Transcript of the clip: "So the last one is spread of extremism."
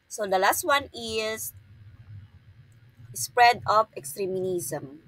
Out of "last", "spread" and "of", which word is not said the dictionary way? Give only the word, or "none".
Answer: of